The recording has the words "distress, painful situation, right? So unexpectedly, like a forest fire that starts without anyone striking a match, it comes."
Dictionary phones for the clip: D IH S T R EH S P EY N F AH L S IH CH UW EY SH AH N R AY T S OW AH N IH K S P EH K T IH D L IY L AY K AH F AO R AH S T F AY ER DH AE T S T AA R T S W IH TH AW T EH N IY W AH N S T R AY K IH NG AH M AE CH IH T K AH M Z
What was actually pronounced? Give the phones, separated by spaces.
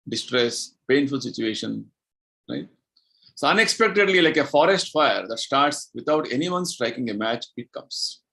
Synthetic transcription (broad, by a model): D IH S T R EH S P EY N F AH L S IH CH UW EY SH AH N R AY T S OW AH N IH K S P EH K T IH D L IY L AY K AH F AO R AH S T F AY ER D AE T S T AA R T S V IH T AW T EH N IY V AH N S T R AY K IH NG AH M AE CH IH T K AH M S